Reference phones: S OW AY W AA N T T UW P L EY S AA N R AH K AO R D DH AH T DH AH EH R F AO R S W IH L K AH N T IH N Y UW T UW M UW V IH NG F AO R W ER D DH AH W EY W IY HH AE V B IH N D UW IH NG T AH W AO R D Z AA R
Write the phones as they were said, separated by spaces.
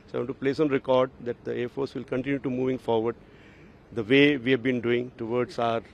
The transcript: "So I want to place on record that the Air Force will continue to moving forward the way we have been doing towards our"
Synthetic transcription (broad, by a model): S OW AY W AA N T T UW P L EY S AA N R AH K AO R D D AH T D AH EH R F AO R S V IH L K AH N T IH N Y UW T UW M UW V IH NG F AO R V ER D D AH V EY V IY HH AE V B IH N D UW IH NG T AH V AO R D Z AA R